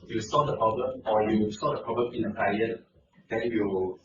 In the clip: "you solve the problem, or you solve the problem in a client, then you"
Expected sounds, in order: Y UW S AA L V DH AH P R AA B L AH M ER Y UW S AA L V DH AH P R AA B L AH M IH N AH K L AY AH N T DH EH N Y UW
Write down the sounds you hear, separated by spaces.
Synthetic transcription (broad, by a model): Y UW S AA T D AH P R AA B L AH M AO Y UW S AA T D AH P R AA B L AH M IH N AH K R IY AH T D EH N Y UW